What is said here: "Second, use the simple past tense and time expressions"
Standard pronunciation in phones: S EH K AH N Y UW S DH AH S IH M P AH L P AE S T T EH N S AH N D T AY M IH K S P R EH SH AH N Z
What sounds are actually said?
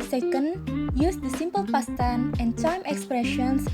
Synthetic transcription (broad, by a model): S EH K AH N Y UW S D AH S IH M P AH L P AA S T T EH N AH N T AY M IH K S P R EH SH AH N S